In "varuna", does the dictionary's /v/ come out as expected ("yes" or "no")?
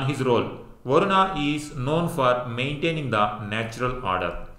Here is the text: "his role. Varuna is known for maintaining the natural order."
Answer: yes